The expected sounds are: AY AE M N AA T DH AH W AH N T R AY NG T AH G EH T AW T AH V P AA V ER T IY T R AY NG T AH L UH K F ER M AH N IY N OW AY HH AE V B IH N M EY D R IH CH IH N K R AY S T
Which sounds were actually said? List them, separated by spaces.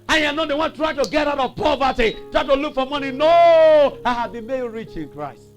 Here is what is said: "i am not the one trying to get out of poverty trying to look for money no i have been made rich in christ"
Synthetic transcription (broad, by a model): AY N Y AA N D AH W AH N T R AY T AH G EH T AW T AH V P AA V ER T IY T R AY T AH L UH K F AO M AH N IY N OW AY HH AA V B IH N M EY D R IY CH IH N K R AY S T